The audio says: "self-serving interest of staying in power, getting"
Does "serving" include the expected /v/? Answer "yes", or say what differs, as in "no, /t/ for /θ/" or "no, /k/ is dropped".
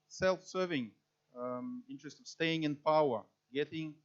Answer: yes